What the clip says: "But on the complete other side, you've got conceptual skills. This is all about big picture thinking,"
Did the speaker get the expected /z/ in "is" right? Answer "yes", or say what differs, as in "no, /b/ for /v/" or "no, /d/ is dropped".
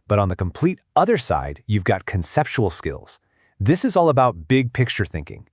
yes